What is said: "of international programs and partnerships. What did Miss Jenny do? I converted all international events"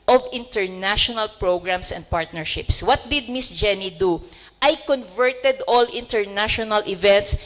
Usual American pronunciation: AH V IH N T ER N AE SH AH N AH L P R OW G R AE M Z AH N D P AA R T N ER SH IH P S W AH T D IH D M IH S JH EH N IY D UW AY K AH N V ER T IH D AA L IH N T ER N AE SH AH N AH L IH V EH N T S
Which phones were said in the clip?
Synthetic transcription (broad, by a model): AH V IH N T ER N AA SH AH N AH L P R OW G R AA M S AH N D P AA R T N ER SH IH P S W AH T D IH D M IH S JH EH N IY D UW AY K AH N V ER T IH D AA L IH N T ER N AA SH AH N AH L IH V EH N T S